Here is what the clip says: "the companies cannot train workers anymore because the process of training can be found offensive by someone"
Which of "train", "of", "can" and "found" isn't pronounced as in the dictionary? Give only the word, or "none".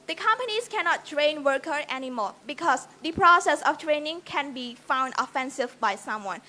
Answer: of